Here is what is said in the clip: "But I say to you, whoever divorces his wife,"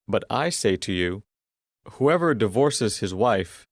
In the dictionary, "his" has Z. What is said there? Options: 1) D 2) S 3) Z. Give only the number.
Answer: 3